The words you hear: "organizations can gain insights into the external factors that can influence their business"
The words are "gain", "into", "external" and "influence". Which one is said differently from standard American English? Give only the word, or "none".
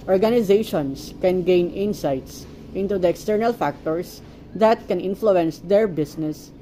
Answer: none